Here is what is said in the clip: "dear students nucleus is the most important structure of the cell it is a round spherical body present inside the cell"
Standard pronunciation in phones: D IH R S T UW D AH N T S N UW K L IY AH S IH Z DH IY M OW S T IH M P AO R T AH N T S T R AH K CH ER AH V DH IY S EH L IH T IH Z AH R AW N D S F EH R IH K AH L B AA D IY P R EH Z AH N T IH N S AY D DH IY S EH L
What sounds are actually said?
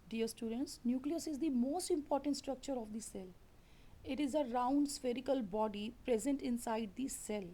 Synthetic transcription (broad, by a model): D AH R S T UW D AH N T S N UW K L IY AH S IH Z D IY M OW S T IH M P AO R T AH N T S T R AH K CH ER AH V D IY S EH L IH T IH Z AH R AW N D S F EH R IH K AH L B AA D IY P R EH Z AH N T IH N S AY D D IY S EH L